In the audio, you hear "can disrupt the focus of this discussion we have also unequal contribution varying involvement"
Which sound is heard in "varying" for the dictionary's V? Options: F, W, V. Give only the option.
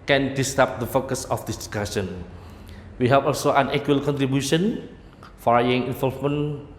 F